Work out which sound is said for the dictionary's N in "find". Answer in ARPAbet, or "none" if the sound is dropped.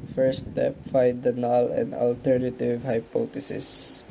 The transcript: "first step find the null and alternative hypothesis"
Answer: none